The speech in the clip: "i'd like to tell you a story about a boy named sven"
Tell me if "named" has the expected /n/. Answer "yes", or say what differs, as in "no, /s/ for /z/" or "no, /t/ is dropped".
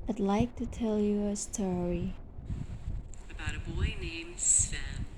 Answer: yes